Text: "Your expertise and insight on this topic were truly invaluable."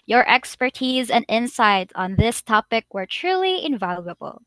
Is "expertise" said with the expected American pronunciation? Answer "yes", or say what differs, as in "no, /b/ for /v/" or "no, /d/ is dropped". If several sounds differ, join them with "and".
yes